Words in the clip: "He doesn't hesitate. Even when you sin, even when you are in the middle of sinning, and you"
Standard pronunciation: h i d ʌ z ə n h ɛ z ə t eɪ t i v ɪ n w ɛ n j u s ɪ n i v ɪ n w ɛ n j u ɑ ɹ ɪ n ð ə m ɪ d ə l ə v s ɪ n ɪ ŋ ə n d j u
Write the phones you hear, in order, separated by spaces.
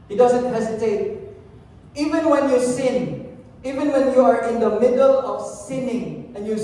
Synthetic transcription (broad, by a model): h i d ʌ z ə n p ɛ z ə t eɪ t i v ɪ n w ɛ n j u s ɪ n i v ɪ n w ɛ n j u ɑ ɹ ɪ n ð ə m ɪ d ə l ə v s ɪ n ɪ ŋ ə n j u